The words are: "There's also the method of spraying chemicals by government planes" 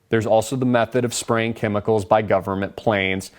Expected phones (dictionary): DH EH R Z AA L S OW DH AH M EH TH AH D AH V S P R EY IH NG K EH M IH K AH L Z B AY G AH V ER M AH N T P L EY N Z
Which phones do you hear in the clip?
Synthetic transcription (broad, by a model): DH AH R Z AA L S OW DH AH M EH TH AH D AH V S P R EY IH NG K EH M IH K L Z B AY G AH V ER M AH N P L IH N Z